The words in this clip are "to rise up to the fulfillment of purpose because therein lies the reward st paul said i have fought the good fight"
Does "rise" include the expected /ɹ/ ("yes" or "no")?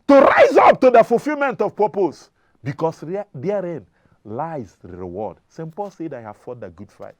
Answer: yes